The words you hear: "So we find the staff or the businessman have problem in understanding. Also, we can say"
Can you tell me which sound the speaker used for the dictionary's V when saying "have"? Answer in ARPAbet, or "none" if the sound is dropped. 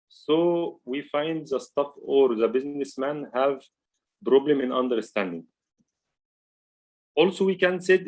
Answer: V